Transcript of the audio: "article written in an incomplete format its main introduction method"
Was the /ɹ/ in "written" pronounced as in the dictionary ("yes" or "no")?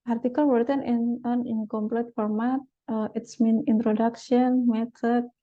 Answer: no